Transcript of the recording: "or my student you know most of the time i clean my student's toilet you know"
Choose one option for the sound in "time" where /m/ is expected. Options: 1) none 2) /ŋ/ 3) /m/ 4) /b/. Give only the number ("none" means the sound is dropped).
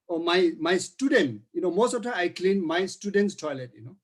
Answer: 1